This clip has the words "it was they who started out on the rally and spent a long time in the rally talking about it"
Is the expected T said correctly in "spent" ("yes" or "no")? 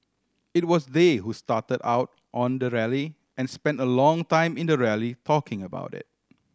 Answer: yes